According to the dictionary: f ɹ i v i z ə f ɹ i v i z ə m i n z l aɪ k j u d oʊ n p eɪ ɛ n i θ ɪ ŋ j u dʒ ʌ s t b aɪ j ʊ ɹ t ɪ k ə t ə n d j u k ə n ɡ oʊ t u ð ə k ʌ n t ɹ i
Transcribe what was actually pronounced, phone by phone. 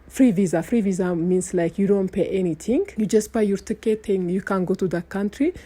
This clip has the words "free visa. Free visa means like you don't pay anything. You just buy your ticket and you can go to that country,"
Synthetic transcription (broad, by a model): f ɹ i v i z ə f ɹ i v i z ə m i n s l aɪ k j u d oʊ n p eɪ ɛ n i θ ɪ ŋ j u dʒ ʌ s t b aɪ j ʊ ɹ t ɪ k ə t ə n j u k ə n ɡ oʊ t u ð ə k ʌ n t ɹ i